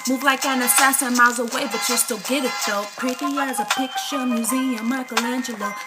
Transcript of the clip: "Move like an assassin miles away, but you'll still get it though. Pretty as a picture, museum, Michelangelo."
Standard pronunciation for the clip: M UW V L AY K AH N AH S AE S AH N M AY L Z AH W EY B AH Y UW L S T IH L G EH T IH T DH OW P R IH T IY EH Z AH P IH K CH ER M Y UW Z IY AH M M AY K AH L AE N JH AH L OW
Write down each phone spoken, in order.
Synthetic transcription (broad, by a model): M UW V L AY K AH N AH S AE S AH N M AY L Z AH W EY B AH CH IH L S T IH L G EH T IH T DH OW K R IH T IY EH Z AH P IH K SH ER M Y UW Z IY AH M M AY K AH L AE N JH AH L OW